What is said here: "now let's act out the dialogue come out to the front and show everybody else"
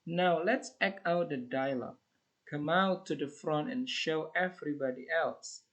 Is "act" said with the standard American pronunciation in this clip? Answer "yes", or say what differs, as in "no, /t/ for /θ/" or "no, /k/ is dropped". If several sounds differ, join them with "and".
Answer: no, /t/ is dropped